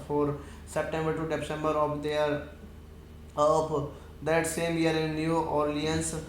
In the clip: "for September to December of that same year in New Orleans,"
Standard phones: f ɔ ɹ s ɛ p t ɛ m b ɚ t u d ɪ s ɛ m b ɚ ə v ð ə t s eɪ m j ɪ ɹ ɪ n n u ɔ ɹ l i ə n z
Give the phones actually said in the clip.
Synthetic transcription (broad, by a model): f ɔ ɹ s ɛ p t ɛ m b ɚ t u d ɪ s ɛ m b ɚ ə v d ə t s eɪ m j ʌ ɹ ɪ n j u ɔ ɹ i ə n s